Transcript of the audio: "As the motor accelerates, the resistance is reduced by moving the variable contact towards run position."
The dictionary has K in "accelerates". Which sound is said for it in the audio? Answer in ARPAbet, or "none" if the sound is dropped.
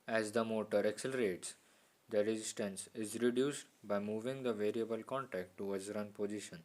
K